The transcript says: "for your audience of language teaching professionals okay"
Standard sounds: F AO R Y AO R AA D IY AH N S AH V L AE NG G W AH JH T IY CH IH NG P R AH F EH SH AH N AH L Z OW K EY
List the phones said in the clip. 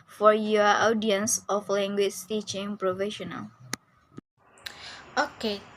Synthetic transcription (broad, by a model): F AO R Y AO AA D IY AH N S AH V L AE NG G W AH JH T IY CH IH NG P R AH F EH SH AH N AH L OW K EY